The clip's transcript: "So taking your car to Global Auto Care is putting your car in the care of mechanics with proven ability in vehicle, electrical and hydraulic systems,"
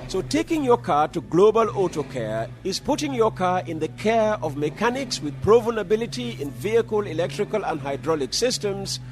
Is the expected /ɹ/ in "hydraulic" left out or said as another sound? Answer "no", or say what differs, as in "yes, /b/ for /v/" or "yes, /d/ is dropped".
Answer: no